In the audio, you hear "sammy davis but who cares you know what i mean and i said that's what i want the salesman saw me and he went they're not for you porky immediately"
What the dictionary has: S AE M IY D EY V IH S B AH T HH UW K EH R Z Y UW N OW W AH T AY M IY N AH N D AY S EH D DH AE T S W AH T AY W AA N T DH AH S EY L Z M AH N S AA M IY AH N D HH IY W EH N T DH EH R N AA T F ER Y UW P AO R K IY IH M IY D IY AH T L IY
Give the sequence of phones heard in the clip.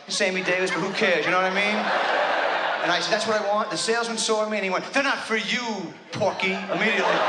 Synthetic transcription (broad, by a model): S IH M IY D EY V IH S B AH T HH UW K EH R Z Y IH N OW W AH T AY M IY N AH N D AY S EH D DH AE T S W AH T AY W AA N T DH AH S EY L Z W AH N S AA M IY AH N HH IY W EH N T DH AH R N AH T F ER Y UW P AO R K IY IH M IY D IY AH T L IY